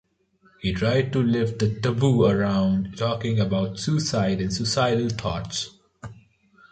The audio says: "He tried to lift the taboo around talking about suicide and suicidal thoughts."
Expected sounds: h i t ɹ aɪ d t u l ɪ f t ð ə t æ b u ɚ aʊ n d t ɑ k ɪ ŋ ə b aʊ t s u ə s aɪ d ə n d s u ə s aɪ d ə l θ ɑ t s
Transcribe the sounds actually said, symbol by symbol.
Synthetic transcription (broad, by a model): h i t ɹ aɪ d t u l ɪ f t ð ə t æ b u ɚ aʊ n d t ɑ k ɪ ŋ ə b aʊ t s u s aɪ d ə n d s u s aɪ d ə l t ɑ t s